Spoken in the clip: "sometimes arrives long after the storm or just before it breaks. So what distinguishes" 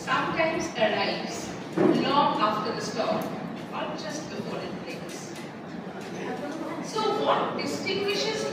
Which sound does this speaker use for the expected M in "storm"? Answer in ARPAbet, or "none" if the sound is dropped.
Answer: none